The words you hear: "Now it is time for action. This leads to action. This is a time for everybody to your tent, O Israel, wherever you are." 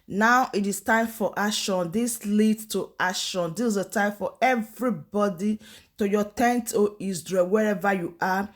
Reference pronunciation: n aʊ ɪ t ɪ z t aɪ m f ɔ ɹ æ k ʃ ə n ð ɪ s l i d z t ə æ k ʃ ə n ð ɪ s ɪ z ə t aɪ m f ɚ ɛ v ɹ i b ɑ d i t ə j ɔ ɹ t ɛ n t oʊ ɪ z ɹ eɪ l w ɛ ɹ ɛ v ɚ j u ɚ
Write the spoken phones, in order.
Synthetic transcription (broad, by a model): n aʊ ɪ t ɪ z t aɪ m f ɔ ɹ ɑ ʃ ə n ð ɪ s l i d t ə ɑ ʃ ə n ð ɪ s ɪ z ə t aɪ m f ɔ ɛ v ɹ i b ɑ d i t ə j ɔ t ɛ n t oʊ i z ɹ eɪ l w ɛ ɹ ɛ v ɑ j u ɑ